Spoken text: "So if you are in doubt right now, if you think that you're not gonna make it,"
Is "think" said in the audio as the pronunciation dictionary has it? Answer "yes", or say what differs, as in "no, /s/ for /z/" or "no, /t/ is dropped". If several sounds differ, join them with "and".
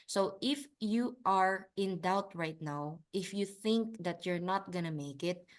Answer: yes